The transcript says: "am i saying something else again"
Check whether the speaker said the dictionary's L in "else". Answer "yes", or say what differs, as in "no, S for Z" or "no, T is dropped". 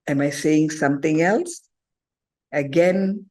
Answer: yes